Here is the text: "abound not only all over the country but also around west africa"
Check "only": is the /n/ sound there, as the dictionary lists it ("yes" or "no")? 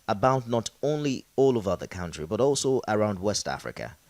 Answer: yes